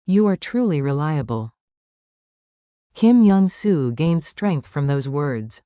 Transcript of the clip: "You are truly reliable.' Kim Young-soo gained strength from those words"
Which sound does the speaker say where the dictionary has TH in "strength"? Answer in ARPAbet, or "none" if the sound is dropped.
TH